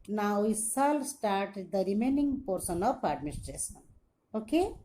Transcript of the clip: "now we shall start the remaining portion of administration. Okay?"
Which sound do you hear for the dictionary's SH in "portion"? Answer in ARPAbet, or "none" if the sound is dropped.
S